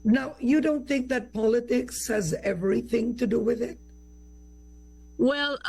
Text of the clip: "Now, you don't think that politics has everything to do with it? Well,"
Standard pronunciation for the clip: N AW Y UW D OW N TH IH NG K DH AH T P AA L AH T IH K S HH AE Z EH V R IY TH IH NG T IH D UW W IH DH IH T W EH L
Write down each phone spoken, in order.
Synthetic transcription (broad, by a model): N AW Y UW D OW N TH IH NG K DH AH T P AA L AH T IH K S HH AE Z EH V R IY TH IH NG T IH D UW W IH DH IH T W EH L